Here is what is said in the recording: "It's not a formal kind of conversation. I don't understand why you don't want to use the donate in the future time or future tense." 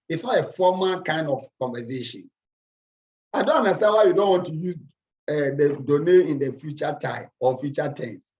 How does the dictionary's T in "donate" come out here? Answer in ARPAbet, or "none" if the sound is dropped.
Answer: none